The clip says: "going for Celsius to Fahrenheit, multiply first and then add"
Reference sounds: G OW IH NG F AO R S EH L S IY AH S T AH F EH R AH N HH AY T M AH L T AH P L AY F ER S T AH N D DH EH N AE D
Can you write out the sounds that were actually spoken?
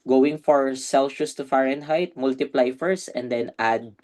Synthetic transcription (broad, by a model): G OW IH NG F AO R S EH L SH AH S T AH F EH R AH N HH AY T M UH L T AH P L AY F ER S AH N D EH N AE D